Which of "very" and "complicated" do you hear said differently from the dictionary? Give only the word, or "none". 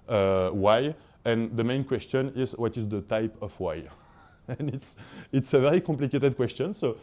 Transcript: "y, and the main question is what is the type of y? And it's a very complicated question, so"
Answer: complicated